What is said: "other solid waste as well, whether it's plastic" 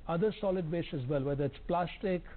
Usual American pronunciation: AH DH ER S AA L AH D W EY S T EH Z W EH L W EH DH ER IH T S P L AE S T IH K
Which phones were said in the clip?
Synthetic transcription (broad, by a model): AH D ER S AA L AH D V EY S EH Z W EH L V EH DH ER IH T S P L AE S T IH K